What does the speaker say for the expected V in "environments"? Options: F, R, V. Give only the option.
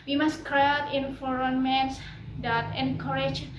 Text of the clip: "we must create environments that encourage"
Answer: F